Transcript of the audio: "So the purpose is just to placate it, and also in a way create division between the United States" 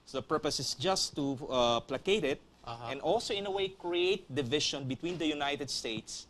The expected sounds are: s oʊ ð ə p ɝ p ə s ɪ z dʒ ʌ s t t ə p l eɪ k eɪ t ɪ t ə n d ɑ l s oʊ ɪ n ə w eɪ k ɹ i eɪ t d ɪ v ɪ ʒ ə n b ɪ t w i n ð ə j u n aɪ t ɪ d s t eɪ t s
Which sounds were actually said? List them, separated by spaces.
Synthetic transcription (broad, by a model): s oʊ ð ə p ɝ p ə s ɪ s dʒ ʌ s t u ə p l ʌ k eɪ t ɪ t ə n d ɑ l s oʊ ɪ n ə w eɪ k ɹ i eɪ t d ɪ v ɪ ʃ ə n b ɪ t w i n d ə j u n aɪ t ɪ d s t eɪ t s